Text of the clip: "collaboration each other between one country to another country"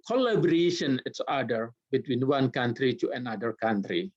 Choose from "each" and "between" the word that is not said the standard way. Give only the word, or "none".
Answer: each